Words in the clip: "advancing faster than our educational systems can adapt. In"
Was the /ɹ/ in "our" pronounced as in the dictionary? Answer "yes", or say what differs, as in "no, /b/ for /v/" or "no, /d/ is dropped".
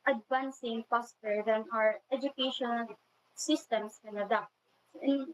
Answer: yes